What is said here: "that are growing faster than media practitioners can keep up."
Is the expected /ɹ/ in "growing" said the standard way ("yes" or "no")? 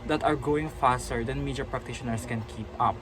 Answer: no